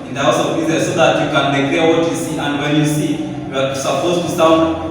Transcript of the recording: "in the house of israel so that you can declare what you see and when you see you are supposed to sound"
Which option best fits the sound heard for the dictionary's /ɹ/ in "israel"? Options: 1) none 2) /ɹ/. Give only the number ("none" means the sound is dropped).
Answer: 1